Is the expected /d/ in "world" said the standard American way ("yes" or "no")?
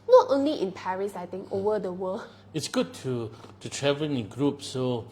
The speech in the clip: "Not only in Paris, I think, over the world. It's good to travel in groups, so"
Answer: no